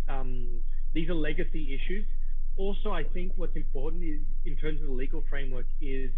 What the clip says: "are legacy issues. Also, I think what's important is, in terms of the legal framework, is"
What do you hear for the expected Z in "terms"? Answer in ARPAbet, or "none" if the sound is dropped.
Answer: Z